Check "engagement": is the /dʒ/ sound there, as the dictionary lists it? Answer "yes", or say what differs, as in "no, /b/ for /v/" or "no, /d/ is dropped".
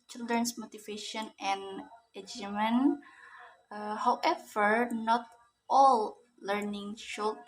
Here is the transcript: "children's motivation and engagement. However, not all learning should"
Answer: no, /dʒ/ is dropped